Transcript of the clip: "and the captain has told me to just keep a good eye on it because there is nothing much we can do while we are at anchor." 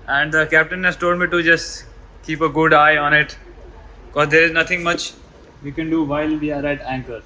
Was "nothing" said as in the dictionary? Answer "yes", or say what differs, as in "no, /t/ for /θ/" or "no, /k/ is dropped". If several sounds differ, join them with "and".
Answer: no, /t/ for /θ/